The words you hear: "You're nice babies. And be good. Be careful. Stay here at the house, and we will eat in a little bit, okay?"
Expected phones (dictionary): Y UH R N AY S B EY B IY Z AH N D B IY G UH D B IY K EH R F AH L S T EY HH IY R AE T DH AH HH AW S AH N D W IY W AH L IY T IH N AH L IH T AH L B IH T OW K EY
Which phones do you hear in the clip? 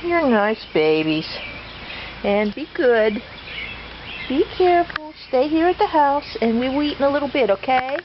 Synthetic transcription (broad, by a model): Y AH R N AY S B EY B IY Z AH N B IY G UH D B IY K EH R F L S T EY HH IY R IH T DH AH HH AW S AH N W IY W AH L IY T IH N AH L IH T L B IH T OW K EY